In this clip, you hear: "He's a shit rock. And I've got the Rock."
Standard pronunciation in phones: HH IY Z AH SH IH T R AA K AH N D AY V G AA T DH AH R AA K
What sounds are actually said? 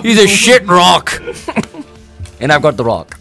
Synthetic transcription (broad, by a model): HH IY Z AH SH IH T R AA K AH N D AY V G AA T DH AH R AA K